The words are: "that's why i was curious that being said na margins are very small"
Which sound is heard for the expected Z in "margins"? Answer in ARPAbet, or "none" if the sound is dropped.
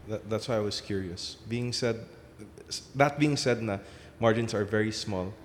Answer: S